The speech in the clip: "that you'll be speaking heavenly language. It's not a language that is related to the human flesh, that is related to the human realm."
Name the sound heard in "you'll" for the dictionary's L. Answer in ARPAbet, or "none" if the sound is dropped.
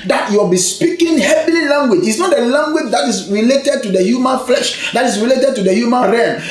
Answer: W